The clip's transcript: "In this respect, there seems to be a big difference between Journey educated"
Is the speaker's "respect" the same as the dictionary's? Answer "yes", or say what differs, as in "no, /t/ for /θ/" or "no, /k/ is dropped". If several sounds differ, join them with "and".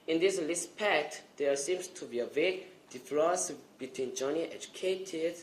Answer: no, /l/ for /ɹ/